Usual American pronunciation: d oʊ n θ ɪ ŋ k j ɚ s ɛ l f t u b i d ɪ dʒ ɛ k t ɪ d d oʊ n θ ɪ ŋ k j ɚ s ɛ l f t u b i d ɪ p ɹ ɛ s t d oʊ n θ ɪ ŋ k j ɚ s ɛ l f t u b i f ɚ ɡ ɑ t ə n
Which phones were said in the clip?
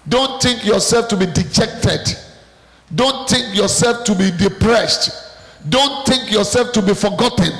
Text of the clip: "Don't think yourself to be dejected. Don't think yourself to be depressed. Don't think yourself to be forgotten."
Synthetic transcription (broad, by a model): d oʊ n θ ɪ ŋ k j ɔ s ɛ l f t u b i d ɪ dʒ ɛ k t ɪ d d oʊ n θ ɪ ŋ k j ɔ s ɛ l f t u b i d ɪ p ɹ ɛ s t d oʊ n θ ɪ ŋ k j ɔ s ɛ l f t u b i f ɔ ɡ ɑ t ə n